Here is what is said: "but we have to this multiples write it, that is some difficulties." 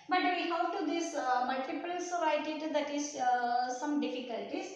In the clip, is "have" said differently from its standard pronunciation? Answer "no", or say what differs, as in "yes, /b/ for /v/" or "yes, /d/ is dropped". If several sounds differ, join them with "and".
yes, /w/ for /v/